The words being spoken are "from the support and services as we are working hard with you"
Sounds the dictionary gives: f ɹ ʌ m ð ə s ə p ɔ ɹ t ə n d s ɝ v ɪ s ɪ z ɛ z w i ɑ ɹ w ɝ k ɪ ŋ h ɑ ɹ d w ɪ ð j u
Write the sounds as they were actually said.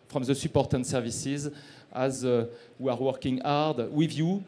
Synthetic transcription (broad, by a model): f ɹ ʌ m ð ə s ə p ɔ ɹ t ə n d s ɝ v ɪ s ɪ z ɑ z w i ɑ ɹ w ɝ k ɪ ŋ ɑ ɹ d w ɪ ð j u